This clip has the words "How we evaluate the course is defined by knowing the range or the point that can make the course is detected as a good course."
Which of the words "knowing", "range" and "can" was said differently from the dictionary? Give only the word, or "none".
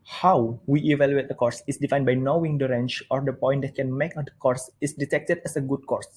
range